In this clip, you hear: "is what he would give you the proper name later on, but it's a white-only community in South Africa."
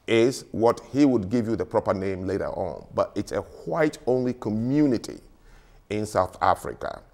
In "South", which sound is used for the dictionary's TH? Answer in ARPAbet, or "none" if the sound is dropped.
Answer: TH